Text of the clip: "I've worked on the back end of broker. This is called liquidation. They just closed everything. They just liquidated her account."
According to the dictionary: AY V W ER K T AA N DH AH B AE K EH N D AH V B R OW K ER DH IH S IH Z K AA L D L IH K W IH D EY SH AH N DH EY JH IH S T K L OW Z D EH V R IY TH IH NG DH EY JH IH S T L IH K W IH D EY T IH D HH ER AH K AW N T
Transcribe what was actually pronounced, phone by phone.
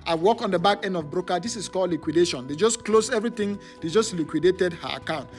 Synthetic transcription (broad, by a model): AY W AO K AA N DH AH B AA K EH N D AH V B R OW K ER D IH S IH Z K AA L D L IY K W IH D EY SH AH N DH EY JH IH S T K L OW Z EH V R IY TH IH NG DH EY JH IH S T L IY K W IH D EY T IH D HH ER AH K AW N T